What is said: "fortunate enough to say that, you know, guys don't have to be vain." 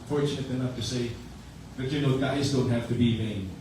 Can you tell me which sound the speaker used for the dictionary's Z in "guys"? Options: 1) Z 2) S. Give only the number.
1